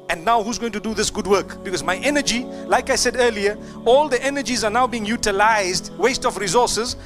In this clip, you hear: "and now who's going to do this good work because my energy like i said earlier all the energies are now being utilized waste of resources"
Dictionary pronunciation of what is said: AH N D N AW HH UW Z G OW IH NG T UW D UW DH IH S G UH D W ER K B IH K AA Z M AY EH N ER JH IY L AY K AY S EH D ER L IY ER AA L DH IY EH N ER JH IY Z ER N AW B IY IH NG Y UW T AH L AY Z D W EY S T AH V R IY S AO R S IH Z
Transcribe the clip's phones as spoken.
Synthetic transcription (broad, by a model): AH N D N AW HH UW Z G OW IH NG T UW D UW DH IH S G UH D W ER K B IH K AA Z M AY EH N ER JH IY L AY K AY S EH D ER L IY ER AA L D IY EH N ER JH IY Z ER N AW B IY IH NG Y UW T AH L AY Z D W EY S T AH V R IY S AO S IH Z